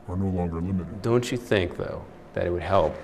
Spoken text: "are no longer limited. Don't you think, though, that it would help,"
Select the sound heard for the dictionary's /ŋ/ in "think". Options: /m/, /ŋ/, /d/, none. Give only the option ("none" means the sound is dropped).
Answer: /ŋ/